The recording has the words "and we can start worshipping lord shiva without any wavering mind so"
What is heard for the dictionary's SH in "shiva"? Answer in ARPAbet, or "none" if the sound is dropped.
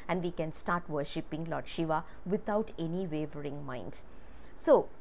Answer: SH